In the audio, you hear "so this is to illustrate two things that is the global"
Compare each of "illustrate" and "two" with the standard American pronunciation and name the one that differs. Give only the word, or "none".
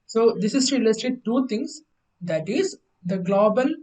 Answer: illustrate